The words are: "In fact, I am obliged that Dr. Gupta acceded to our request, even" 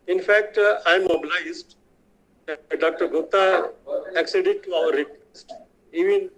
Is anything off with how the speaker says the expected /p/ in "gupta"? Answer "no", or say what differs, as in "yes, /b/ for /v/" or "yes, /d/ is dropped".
yes, /p/ is dropped